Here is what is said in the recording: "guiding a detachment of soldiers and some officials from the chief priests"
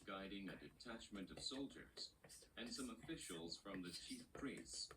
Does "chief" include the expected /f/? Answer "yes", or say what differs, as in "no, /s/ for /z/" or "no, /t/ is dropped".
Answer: yes